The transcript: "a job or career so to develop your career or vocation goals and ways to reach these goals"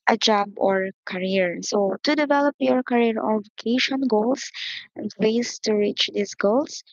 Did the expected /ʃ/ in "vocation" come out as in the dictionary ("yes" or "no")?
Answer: yes